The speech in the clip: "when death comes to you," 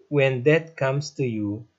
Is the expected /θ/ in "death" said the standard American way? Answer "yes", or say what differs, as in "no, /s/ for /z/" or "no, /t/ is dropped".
no, /t/ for /θ/